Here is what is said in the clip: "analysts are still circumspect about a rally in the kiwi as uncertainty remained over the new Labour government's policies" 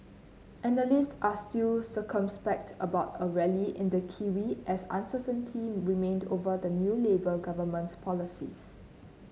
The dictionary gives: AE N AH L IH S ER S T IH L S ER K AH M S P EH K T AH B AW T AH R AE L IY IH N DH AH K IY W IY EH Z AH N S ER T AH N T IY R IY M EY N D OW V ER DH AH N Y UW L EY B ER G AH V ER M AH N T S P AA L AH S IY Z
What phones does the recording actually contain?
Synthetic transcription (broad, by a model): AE N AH L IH S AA S T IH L S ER K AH M S P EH K T AH B AW T AH R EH L IY IH N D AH K IY W IY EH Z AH N S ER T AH N T IY R IY M EY N D OW V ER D AH N Y UW L EY B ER G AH V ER M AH N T S P AA L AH S IY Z